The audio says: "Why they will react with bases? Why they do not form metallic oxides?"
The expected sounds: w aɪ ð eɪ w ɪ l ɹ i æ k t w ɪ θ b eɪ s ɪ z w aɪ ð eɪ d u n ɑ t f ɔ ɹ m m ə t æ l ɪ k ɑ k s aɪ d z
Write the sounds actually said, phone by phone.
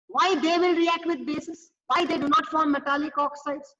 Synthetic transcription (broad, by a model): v aɪ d eɪ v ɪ l ɹ i æ k t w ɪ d b eɪ s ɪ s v aɪ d eɪ d u n ɑ t f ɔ ɹ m m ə t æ l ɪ k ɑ k s aɪ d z